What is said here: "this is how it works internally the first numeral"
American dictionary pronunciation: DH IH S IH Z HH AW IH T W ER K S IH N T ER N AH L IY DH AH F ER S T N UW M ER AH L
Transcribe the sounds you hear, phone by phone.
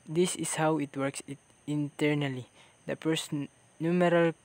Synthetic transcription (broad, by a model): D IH S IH S HH AW IH T W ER K S IH N T ER N AH L IY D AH P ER S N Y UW M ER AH L